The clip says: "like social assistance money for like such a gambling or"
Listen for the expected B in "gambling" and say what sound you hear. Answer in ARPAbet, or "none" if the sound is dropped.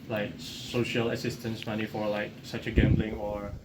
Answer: B